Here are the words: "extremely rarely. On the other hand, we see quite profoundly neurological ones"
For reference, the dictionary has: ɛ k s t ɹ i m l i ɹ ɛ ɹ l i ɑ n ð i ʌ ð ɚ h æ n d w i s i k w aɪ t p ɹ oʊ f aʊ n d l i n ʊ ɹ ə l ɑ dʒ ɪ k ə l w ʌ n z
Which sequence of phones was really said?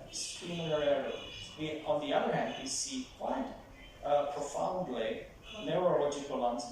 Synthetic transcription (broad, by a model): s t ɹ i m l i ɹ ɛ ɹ w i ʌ n ð i ʌ ð ɚ h æ n d w i s i k w aɪ t p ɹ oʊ f aʊ n d l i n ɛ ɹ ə l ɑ dʒ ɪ k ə l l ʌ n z